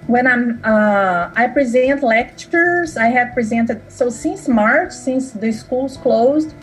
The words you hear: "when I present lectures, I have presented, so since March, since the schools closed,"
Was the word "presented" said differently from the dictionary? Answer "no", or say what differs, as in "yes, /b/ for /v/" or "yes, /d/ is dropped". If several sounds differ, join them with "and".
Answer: no